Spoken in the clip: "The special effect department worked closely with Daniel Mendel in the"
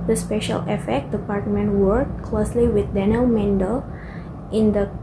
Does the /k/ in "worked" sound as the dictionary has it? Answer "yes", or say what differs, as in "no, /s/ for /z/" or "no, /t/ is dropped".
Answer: no, /k/ is dropped